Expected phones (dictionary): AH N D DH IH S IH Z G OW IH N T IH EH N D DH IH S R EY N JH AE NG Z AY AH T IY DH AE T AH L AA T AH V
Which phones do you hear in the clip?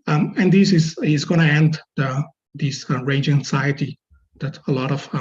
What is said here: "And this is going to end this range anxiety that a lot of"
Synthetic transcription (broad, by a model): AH N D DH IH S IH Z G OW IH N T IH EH N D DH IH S R EY N JH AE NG S AY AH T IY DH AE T AH L AA T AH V